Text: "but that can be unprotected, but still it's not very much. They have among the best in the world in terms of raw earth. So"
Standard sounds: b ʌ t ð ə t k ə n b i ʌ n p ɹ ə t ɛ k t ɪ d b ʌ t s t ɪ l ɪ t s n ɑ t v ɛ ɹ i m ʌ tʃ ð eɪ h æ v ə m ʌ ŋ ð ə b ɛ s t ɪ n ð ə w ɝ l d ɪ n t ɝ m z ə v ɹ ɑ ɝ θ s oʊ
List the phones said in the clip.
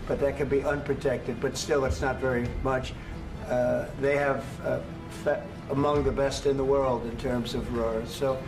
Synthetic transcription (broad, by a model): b ʌ t ð ə t k ə n b i ʌ n p ɹ ə t ɛ k t ɪ d b ʌ t s t ɪ l ɪ t s n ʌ t v ɛ ɹ i m ʌ tʃ ð eɪ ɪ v ə m ʌ ŋ ð ə b ɛ s t ɪ n ð ə w ɝ l d ɪ n t ɝ m z ə v ɹ ɑ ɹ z s oʊ